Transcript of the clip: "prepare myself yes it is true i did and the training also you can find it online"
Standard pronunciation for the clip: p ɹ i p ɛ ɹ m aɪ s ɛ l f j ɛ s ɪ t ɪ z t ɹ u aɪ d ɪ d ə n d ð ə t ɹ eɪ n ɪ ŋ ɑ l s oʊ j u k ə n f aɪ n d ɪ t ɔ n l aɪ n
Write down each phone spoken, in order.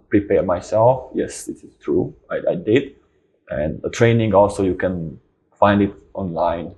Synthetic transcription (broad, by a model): p ɹ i p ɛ m aɪ s ɛ l f j ɛ s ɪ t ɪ s t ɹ u aɪ d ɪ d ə n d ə t ɹ eɪ n ɪ ŋ ɑ l s oʊ j u k ə n f aɪ n d ɪ t ɔ n l aɪ n